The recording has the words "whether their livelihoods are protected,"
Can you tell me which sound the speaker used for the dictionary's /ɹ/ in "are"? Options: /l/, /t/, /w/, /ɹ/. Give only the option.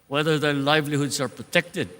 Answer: /ɹ/